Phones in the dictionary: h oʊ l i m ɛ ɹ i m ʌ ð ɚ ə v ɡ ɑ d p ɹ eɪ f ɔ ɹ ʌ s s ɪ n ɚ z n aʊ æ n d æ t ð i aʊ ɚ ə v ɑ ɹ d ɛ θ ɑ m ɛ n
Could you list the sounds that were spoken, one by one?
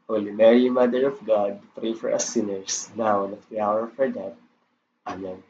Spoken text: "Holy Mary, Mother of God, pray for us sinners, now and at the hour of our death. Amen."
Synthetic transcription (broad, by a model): h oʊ l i m ɛ ɹ i m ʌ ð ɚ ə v ɡ ɑ d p ɹ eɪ f ɔ ɹ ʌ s s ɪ n ɚ s n aʊ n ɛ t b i aʊ ɚ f ɑ ɹ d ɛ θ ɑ m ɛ n